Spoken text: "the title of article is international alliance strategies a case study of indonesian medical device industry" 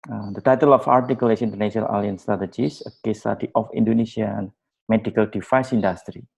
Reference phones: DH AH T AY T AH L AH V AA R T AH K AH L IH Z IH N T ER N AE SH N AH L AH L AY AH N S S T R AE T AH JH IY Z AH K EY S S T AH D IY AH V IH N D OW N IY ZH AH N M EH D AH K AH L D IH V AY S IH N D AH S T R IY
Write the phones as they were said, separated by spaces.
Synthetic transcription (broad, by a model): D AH T AY T AH L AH F AA R T AH K AH L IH S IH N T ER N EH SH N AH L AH L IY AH N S S T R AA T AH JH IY S AH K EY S S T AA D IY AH F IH N D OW N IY S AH N M EH D AH K AH L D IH F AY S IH N D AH S T R IY